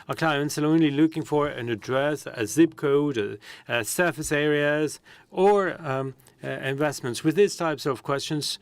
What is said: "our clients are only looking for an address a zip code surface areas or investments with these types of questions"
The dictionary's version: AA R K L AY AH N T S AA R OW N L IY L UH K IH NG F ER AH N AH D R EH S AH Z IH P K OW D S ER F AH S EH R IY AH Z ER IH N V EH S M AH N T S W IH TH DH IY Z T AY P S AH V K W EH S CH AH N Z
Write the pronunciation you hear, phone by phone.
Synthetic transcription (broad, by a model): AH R K L AY AH N T S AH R OW N L IY L UH K IH NG F ER AH N AH D R EH S AH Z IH B K OW D S ER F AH S EH R IY AH Z ER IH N V EH S M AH N T S W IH DH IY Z T AY P S AH V K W EH S CH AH N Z